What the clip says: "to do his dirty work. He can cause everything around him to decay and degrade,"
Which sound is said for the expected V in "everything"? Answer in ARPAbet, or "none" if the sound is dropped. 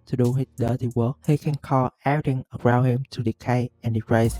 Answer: none